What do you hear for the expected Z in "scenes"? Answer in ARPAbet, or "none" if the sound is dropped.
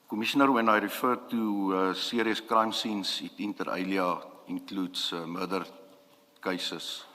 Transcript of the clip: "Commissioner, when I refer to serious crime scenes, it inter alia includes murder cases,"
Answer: S